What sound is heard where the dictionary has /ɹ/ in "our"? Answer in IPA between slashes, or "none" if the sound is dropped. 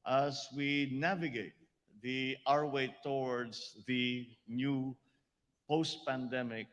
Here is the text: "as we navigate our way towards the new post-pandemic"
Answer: /ɹ/